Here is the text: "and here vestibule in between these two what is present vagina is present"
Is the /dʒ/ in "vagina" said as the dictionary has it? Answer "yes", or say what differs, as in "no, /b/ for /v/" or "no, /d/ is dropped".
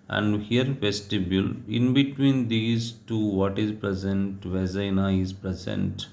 no, /z/ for /dʒ/